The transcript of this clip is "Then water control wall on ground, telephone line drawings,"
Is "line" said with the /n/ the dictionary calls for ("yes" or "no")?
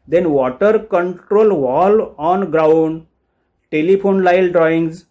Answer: no